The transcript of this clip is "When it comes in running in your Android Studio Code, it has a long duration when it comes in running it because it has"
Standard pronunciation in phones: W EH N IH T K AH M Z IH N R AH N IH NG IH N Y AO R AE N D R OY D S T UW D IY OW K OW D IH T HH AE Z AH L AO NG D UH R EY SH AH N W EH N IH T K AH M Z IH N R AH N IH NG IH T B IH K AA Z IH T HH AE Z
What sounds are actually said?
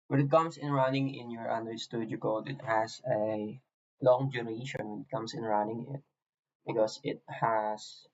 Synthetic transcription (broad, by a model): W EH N IH T K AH M S IH N R AH N IH NG IH N Y AO R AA N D OY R S T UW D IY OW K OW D IH T HH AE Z AH L AO NG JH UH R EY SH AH N W EH N IH T K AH M S IH N R AH N IH NG IH T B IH K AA S IH T HH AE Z